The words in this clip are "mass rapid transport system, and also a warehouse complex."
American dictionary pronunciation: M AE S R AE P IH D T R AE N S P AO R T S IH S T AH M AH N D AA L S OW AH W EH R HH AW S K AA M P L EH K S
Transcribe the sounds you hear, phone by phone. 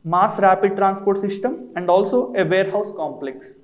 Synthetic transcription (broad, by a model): M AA S R AE P IH D T R AE N S P AO R T S IH S T AH M AH N D AA L S OW AH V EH R HH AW S K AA M P L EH K S